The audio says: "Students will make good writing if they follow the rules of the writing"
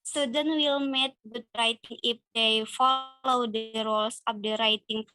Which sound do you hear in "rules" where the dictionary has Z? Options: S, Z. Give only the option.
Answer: S